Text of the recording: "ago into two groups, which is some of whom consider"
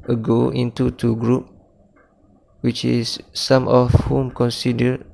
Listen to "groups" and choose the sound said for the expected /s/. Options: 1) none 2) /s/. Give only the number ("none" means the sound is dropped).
1